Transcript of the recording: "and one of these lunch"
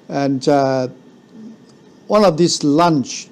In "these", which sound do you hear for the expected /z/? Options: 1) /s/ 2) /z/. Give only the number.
1